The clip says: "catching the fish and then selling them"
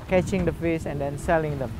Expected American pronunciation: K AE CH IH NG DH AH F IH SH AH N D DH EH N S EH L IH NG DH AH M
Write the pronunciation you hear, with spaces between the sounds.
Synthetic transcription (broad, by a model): K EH CH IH NG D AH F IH S AH N D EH N S EH L IH NG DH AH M